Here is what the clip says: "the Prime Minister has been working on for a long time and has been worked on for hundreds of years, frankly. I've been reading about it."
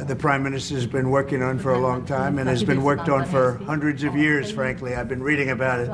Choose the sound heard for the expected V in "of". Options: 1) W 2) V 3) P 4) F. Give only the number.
2